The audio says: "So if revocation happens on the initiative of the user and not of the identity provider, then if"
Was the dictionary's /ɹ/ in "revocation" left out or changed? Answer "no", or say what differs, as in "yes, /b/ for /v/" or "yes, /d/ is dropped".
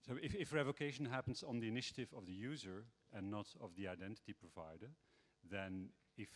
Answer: no